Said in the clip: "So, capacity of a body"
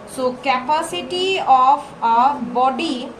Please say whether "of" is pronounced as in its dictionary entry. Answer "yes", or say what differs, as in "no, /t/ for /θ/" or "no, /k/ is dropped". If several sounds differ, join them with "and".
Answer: no, /p/ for /v/